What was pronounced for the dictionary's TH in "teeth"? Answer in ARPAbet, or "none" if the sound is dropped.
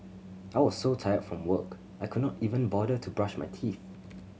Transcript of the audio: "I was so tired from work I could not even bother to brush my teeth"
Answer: TH